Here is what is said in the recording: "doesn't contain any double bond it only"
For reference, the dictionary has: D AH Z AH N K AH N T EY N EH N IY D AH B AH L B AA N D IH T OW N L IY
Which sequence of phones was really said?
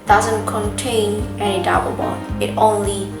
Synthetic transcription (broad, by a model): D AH Z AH N K AH N T EY N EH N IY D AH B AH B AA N IH T OW N L IY